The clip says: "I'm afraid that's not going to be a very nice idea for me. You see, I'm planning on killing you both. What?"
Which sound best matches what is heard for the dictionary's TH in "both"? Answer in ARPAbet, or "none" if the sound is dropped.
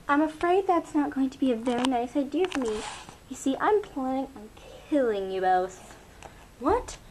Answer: S